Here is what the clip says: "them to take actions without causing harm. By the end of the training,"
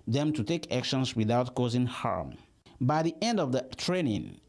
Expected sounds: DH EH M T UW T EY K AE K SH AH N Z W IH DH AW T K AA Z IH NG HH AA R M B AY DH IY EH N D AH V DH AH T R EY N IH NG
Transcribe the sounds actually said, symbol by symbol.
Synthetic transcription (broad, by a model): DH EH M T UW T EY K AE K SH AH N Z W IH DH AW T K AA Z IH NG HH AA R M B AY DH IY EH N D AH V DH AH T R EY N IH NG